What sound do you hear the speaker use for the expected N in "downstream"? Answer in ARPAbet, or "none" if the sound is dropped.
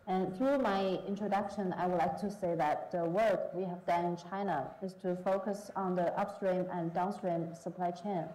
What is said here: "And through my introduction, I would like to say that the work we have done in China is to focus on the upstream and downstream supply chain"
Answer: N